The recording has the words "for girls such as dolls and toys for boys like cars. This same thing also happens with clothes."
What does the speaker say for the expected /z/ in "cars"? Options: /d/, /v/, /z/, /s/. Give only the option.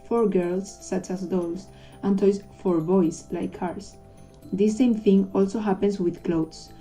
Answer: /s/